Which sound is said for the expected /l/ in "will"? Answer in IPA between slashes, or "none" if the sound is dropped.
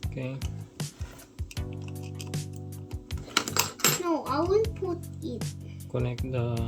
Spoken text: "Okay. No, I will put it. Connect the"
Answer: /n/